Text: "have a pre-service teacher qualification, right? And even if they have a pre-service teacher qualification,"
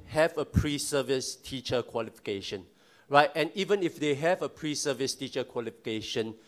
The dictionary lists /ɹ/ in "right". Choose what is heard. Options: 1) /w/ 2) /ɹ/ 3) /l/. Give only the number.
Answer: 2